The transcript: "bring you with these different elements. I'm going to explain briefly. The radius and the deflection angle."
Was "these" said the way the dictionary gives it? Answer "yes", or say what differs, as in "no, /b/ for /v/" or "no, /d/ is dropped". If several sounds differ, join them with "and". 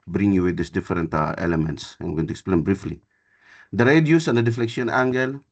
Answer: no, /s/ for /z/